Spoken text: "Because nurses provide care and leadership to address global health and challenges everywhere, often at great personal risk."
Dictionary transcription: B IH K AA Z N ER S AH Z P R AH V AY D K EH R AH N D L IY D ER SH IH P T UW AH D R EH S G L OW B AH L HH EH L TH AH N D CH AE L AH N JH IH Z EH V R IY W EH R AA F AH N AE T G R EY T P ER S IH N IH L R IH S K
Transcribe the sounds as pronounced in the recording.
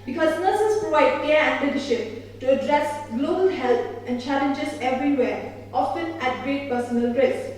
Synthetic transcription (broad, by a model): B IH K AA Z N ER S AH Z P R AH V AY D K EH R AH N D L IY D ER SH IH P T UW AH D R EH S G L OW B AH L HH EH L T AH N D CH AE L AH N JH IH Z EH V R IY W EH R AA F AH N AE T G R EY T P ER S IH N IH L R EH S